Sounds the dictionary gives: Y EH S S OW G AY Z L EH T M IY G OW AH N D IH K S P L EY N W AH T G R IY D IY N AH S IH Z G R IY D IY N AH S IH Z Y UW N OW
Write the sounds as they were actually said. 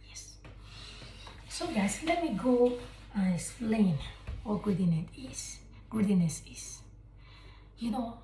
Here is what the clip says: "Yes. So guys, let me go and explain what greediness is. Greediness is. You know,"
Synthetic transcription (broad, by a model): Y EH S S OW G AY S L EH T M IY G OW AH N IH K S P L EY N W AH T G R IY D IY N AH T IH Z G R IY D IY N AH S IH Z Y UW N OW